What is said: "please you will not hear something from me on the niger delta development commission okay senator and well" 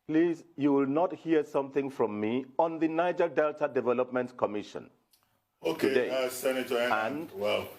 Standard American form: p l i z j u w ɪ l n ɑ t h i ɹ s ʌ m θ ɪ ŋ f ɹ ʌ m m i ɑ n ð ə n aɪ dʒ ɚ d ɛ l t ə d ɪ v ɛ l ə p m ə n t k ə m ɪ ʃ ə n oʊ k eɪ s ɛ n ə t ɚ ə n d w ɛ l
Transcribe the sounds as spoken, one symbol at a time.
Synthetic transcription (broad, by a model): p l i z j u w ɪ l n ɑ t h i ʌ s ʌ m θ ɪ ŋ f ɹ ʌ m m i ɑ n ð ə n aɪ dʒ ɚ d ɛ l t ə d ɪ v ɛ l ə p m ə n t k ə m ɪ ʃ ə n oʊ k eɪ s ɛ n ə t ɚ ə n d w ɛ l